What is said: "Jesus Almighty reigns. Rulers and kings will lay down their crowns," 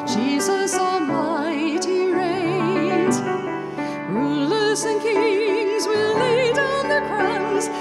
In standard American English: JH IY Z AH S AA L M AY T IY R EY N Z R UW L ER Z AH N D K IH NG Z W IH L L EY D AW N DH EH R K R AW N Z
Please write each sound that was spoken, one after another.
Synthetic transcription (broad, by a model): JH IY Z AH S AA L M AY T IY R EY Z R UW L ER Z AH N K IH NG Z W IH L L EY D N DH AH R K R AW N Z